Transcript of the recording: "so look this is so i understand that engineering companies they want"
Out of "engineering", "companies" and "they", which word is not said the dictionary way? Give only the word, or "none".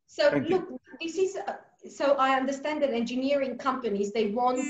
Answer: none